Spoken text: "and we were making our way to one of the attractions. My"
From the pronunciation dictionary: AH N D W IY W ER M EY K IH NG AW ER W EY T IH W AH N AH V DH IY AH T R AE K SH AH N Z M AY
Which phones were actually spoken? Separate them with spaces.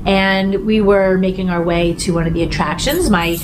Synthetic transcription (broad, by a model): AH N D W IY W ER M EY K IH NG AW ER W EY T IH W AH N AH V DH IY AH T R AE K SH AH N Z M AY